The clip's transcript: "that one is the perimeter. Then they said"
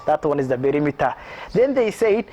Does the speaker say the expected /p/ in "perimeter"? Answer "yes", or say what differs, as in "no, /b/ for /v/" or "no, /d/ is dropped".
no, /b/ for /p/